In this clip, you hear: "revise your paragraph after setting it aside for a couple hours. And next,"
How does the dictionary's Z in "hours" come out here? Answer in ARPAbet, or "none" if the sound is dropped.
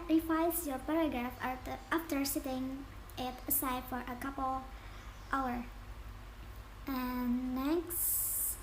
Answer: none